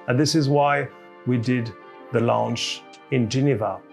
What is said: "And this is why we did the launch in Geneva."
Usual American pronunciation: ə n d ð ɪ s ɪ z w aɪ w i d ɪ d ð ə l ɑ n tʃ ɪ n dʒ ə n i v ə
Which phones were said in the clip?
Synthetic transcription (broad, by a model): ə n ð ɪ s ɪ z w aɪ w i d ɪ d ð ə l ɑ n tʃ ɪ n dʒ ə n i v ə